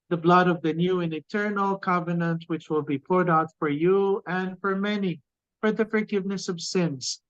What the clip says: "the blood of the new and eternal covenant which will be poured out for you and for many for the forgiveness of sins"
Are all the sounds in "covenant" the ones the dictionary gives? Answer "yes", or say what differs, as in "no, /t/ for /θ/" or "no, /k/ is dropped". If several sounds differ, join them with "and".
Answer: yes